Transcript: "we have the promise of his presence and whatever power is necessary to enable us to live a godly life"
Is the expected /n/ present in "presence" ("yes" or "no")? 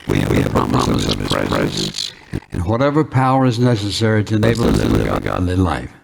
no